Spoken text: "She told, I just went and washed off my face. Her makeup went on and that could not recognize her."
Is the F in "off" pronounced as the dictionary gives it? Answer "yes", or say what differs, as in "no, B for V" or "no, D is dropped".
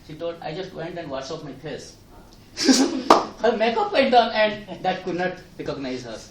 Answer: no, P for F